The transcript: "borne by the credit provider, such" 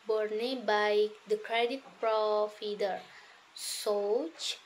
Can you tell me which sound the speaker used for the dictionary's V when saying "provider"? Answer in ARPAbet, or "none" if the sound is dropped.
F